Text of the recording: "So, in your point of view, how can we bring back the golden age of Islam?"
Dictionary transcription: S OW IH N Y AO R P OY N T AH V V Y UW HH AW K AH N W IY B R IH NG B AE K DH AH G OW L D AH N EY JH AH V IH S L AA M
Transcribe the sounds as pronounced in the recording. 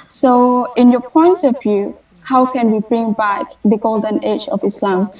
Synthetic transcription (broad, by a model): S OW IH N Y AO P OY N T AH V V Y UW HH AW K AH N W IY B R IH NG B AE K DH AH G OW L D AH N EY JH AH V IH S L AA M